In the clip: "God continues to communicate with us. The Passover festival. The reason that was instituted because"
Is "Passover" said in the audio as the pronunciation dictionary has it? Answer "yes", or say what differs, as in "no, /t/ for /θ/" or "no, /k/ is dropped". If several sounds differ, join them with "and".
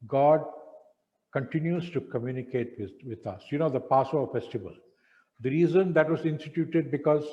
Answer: no, /v/ is dropped